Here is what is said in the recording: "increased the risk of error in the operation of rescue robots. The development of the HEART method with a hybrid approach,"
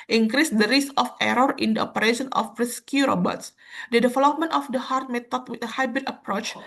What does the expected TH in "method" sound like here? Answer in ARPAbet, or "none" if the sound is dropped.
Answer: T